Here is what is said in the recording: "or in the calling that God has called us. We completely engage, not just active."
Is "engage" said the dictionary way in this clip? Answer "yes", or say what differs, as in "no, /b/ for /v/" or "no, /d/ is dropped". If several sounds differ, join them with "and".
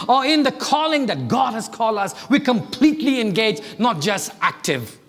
yes